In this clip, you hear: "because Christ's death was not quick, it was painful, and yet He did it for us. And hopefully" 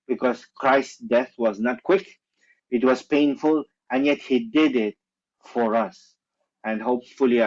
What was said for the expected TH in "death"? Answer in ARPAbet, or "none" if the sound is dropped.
TH